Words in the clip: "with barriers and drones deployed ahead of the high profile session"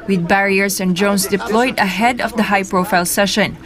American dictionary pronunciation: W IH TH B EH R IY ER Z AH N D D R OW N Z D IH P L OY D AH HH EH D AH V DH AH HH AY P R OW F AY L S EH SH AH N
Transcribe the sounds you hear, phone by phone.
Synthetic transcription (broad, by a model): W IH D B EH R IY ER S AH N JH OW N S D IH P L OY D AH HH EH D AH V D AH HH AY P R OW F AY L S EH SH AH N